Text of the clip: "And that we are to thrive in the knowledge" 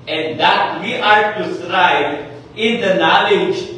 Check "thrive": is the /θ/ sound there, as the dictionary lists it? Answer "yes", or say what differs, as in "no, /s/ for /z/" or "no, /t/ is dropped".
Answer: no, /s/ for /θ/